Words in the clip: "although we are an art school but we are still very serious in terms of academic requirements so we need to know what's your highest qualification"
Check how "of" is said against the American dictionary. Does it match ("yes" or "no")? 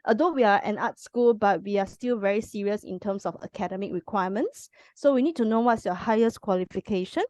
no